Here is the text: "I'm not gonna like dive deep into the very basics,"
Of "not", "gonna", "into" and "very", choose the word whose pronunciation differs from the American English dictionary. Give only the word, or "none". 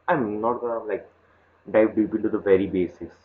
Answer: gonna